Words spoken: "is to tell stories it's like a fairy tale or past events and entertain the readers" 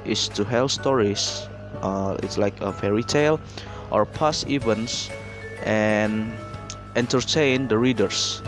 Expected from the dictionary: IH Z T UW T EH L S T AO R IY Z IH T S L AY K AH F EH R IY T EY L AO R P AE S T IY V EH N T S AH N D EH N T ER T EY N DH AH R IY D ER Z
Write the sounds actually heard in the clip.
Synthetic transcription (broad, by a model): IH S T UW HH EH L S T AO R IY S IH T S L AY K AH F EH R IY T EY L AO R P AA S IY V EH N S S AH N EH N T ER T EY N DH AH R IY D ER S